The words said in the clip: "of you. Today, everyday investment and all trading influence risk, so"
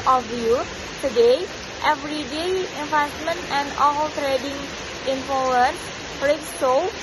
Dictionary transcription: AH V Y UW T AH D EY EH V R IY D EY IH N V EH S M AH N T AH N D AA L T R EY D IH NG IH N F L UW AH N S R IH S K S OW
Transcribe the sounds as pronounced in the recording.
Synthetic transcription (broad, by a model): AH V Y UW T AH D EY EH V R IY D EY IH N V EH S M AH N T AH N D AA L T R EY D IH NG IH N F UW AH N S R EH K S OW